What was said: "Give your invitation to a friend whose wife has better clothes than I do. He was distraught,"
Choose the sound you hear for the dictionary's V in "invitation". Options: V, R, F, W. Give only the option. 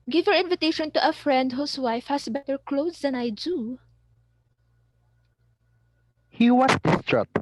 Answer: V